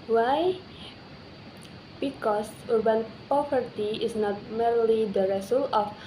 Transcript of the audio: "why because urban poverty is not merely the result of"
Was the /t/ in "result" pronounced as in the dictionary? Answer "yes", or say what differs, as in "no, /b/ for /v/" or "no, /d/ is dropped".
no, /t/ is dropped